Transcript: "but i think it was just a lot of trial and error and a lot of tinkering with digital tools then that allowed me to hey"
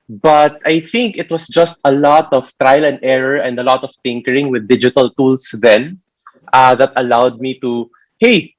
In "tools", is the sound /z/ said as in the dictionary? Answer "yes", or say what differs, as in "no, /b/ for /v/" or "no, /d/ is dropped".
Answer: no, /s/ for /z/